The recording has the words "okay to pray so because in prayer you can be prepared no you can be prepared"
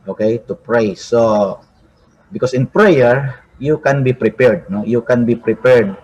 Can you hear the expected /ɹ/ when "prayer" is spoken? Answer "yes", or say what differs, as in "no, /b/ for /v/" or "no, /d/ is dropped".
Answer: yes